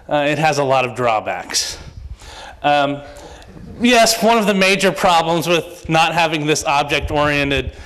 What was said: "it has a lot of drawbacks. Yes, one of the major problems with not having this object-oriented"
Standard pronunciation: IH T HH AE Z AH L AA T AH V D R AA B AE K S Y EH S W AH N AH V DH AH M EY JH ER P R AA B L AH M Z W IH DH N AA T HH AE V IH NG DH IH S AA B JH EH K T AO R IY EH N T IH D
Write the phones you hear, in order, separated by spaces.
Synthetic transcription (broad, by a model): IH T HH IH Z AH L AA T AH V D R AA B AE K S Y EH S W AH N AH V DH AH M EY JH ER P R AA B L AH M Z W IH DH N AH T HH AE V IH NG DH IH S AA B JH EH K T AO R IY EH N T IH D